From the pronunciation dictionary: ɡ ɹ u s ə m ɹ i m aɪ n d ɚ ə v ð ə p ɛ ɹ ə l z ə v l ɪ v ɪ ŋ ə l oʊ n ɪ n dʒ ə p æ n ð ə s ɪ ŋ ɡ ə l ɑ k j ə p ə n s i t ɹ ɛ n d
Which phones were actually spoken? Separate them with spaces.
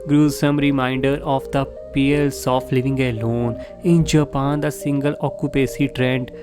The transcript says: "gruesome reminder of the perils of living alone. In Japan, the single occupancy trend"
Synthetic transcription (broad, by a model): ɡ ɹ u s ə m ɹ i m aɪ n d ɚ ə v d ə p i ə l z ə f l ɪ v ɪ ŋ ə l oʊ n ɪ n dʒ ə p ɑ n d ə s ɪ ŋ ɡ ə l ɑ k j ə p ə s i t ɹ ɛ n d